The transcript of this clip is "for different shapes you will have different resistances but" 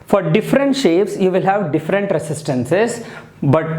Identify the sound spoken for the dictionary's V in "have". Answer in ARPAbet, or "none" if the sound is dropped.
V